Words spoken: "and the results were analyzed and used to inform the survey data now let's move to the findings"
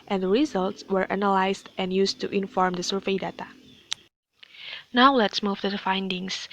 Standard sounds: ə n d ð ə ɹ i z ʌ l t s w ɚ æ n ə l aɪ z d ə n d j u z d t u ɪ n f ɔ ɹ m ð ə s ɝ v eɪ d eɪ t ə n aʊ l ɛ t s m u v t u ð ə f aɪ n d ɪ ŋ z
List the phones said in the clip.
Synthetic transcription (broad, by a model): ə n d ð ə ɹ i z ʌ l t s w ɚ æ n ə l aɪ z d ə n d j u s t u ɪ n f ɔ ɹ m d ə s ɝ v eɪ d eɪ t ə n aʊ l ɛ t s m u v t u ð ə f aɪ n d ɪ ŋ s